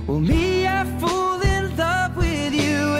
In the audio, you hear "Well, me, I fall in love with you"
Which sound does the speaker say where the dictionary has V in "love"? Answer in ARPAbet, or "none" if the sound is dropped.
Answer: P